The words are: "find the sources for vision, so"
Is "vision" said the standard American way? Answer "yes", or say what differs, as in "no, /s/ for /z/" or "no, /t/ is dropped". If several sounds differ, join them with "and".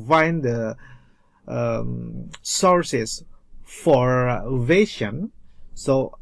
no, /ʃ/ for /ʒ/